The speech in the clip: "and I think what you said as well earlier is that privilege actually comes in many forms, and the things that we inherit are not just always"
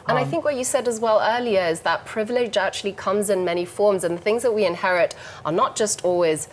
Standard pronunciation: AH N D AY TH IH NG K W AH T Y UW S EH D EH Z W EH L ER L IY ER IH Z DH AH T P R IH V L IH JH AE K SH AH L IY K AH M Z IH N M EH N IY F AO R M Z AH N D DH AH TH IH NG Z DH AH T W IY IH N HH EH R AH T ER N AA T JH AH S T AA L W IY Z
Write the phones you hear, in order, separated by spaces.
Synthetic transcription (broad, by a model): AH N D AY TH IH NG K W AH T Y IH S EH D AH Z W EH L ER L IY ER IH Z DH AH T P R IH V L IH JH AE K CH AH L IY K AH M Z IH N M EH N IY F AO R M Z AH N DH AH TH IH NG Z DH AH T W IY IH N HH EH R AH T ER N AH T JH AH S T AA L W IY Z